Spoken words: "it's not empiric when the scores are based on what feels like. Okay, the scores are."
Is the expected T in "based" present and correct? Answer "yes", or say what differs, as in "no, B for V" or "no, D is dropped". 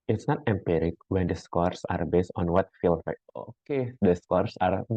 yes